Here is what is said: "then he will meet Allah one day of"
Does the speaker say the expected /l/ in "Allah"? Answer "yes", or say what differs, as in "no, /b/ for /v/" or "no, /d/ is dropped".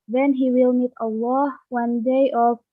yes